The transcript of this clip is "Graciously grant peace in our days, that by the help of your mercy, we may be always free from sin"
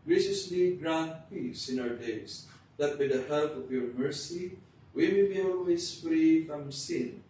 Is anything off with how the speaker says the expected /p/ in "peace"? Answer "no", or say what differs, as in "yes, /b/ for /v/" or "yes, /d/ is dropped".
no